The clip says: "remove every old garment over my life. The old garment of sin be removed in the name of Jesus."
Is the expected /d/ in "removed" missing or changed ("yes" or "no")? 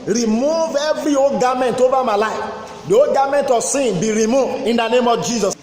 yes